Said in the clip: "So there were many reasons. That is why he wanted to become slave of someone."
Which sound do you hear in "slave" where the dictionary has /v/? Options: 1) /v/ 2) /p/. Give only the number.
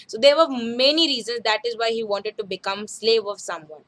1